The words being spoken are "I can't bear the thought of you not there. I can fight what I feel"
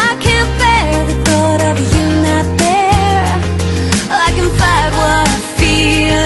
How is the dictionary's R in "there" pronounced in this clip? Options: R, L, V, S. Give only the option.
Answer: L